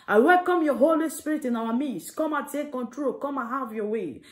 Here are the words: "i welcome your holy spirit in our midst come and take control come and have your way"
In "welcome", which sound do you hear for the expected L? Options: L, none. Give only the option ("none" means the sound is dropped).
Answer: L